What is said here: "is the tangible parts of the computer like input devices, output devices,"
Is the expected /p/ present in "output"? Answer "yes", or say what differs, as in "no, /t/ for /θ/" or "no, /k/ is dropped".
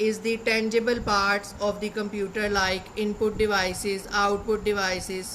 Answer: yes